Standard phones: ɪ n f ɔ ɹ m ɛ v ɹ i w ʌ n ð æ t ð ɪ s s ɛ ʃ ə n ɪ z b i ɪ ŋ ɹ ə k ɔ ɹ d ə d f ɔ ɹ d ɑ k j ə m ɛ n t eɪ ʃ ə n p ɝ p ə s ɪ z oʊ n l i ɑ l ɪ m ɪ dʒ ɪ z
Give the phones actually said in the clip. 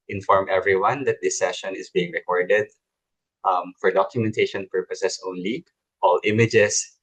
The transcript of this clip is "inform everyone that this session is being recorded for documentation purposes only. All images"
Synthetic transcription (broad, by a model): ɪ n f ɔ ɹ m ɛ v ɹ i w ʌ n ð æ t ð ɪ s s ɛ ʃ ə n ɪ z b i ɪ ŋ ɹ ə k ɔ ɹ d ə d f ɔ ɹ d ɑ k j ə m ɛ n t eɪ ʃ ə n p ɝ p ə s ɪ s oʊ n l i ɑ l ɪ m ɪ dʒ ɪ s